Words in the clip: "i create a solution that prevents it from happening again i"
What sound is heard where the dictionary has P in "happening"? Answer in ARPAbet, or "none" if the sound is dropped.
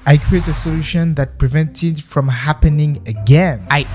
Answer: P